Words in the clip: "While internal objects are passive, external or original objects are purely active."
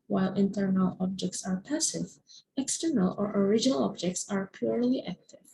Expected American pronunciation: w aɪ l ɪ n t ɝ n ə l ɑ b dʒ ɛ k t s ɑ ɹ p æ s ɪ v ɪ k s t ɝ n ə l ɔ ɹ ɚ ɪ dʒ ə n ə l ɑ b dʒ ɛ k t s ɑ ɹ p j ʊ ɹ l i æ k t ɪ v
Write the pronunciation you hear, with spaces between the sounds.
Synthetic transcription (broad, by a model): w aɪ l ɪ n t ɝ n ə l ɑ b dʒ ɛ k t s ɑ ɹ p æ s ɪ v ɪ k s t ɝ n ə l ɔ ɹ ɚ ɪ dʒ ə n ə l ɑ b dʒ ɛ k t s ɑ ɹ p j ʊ ɹ l i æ k t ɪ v